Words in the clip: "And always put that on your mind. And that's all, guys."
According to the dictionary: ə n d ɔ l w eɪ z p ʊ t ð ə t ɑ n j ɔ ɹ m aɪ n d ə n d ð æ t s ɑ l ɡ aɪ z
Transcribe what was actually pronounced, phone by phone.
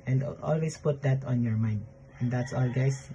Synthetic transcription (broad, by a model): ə n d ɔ l w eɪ s p ʊ t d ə t ɑ n j ɔ ɹ m aɪ n d ə n d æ t s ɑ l ɡ aɪ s